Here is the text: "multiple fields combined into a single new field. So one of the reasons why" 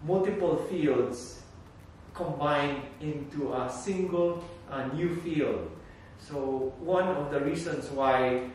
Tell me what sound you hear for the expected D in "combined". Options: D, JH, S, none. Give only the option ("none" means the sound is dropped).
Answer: none